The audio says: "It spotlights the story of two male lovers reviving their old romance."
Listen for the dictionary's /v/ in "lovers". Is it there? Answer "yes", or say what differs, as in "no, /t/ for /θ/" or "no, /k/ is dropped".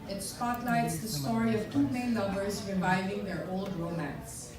no, /b/ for /v/